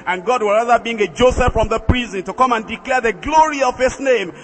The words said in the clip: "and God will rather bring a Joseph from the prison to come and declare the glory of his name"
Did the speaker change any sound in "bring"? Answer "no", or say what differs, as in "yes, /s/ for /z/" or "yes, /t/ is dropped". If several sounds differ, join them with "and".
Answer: yes, /ɹ/ is dropped